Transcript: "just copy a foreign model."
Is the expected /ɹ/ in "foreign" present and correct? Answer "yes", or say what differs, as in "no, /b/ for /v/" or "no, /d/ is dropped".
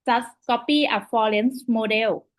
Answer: no, /l/ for /ɹ/